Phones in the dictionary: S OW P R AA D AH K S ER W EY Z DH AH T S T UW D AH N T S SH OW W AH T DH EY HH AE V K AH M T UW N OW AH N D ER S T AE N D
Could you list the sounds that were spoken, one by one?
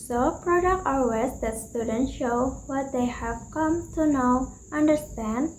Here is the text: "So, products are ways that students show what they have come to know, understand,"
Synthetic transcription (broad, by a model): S OW P R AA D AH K ER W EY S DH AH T S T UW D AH N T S SH OW W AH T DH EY HH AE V K AH M T UW N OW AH N D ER S T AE N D